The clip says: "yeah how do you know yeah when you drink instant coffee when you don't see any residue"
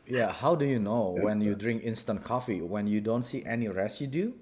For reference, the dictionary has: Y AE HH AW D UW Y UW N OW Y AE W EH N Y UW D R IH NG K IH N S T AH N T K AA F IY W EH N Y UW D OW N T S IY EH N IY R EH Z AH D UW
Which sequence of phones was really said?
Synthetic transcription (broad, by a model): Y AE HH AW D UW Y UW N OW W EH N Y UW D R IH NG K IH N S T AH N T K AA F IY W EH N Y UW D OW N T S IY EH N IY R EH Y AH D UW